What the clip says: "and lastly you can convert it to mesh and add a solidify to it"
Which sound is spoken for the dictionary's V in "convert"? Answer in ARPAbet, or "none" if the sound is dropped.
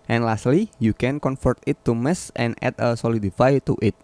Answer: F